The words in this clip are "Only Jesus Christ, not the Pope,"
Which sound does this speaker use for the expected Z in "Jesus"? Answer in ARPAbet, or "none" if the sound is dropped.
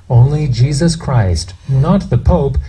Z